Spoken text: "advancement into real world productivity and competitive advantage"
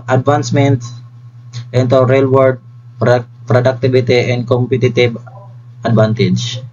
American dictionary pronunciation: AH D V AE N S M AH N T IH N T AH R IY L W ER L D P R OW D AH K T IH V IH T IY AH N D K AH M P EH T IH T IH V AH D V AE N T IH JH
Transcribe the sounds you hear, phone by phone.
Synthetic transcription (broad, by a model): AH D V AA N S M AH N T IH N T AH R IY L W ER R D P R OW D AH K T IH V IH T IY AH N D K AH M P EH T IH T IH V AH D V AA N T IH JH